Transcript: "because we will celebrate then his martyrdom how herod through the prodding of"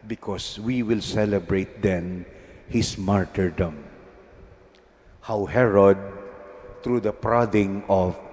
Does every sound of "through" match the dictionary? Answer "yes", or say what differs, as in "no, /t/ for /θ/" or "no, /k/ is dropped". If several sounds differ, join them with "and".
no, /t/ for /θ/